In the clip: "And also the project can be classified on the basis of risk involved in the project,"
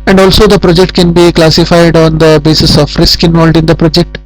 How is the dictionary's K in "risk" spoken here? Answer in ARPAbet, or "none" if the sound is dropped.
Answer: K